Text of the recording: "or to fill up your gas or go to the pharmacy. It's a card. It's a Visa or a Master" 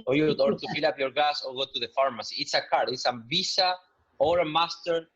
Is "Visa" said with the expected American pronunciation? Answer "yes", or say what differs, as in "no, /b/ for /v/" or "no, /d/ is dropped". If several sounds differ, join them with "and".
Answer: no, /s/ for /z/